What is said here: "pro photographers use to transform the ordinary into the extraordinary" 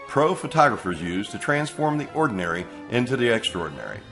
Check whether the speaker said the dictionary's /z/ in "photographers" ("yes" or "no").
yes